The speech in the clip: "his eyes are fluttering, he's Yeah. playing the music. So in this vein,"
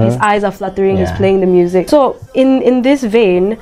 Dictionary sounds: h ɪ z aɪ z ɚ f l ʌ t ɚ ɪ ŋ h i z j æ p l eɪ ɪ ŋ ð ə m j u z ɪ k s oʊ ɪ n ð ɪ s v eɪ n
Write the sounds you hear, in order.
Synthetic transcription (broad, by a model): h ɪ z aɪ z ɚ f l ʌ t ɚ ɪ ŋ h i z p l eɪ ɪ ŋ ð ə m j u z ɪ k s oʊ ɪ n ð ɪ s v eɪ n